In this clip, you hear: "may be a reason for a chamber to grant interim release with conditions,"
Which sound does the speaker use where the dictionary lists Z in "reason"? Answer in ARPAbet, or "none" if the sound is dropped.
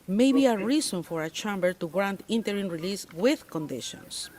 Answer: S